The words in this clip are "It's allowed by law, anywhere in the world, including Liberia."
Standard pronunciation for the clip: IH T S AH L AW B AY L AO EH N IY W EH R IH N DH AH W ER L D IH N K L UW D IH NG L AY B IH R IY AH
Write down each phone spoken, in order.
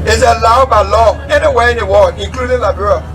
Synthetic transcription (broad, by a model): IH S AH L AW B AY L AO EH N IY W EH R IH N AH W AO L IH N K L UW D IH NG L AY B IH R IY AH